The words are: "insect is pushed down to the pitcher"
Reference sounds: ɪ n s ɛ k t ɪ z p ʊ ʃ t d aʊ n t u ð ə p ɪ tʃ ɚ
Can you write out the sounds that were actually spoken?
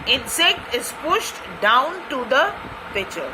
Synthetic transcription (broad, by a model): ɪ n s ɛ k t ɪ z p ʊ ʃ t d aʊ n t u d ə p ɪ tʃ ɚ